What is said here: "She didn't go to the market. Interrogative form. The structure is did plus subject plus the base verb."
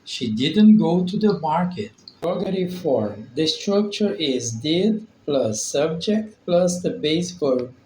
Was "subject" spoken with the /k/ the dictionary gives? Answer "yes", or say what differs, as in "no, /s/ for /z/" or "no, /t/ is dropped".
yes